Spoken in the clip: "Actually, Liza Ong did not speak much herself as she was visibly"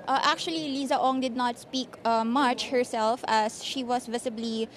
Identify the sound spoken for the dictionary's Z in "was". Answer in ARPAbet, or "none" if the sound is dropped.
S